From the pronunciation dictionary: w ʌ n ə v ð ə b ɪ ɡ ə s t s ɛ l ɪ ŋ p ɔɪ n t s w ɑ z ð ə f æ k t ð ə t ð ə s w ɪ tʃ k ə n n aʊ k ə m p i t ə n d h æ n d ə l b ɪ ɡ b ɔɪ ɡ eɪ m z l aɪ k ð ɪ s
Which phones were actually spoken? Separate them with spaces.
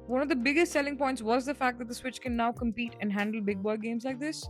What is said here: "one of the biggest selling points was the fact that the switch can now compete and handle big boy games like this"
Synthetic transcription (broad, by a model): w ʌ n ə v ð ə b ɪ ɡ ə s t s ɛ l ɪ ŋ p ɔɪ n t s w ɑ z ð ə f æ k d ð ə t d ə s w ɪ tʃ k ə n n aʊ k ə m p i t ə n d h æ n d ə l b ɪ ɡ b ɔɪ ɡ eɪ m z l aɪ k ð ɪ s